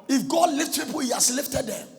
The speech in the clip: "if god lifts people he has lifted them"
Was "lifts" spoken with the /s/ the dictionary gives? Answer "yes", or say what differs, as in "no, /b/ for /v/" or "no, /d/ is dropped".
no, /s/ is dropped